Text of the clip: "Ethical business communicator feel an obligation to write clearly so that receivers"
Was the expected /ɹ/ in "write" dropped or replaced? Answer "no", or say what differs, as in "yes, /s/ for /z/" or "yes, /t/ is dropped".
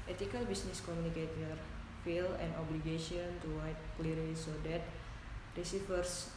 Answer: yes, /w/ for /ɹ/